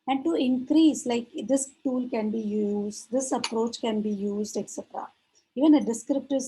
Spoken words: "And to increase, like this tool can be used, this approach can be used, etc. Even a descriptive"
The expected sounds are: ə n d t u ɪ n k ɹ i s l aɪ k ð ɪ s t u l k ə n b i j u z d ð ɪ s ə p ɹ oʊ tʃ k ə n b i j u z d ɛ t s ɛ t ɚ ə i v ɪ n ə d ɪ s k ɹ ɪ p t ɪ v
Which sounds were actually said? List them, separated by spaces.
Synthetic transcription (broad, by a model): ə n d t u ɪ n k ɹ i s l aɪ k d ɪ s t u l k ə n b i j u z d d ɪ s ə p ɹ oʊ tʃ k ə n b i j u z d ɛ t s ɛ t ɚ ə i v ɪ n ə d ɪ s k ɹ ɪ p t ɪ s